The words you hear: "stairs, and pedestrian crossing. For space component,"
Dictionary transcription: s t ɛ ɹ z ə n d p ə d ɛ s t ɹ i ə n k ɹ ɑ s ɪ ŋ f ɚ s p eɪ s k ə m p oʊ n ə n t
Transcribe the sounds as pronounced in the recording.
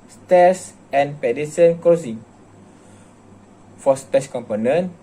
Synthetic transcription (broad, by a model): s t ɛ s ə n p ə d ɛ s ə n k ɑ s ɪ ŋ f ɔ s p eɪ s k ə m p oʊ n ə n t